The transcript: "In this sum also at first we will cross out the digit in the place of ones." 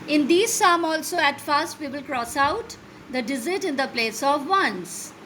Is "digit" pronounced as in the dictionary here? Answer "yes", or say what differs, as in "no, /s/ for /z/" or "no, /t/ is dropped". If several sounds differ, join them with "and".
no, /z/ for /dʒ/